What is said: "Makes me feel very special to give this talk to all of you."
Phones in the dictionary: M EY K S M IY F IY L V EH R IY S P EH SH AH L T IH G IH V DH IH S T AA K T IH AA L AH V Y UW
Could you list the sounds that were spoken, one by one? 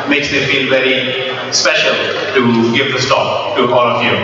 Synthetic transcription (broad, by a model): M EY K S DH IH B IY N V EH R IY S P EH SH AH L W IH G IH V DH IH S T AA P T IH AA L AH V Y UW